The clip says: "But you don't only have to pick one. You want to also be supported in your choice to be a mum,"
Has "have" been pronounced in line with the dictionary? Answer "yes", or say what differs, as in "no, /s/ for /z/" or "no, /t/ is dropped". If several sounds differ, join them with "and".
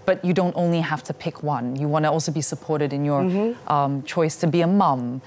no, /f/ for /v/